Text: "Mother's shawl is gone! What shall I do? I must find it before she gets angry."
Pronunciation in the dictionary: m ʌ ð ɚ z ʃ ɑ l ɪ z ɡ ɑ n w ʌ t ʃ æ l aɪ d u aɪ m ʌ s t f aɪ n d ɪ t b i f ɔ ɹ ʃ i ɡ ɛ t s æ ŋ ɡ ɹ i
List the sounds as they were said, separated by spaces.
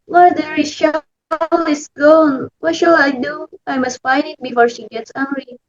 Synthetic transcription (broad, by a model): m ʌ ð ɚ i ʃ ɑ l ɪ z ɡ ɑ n w ʌ t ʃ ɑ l aɪ d u aɪ m ʌ s t f aɪ n d ɪ t b i f ɔ ɹ ʃ i ɡ ɛ t s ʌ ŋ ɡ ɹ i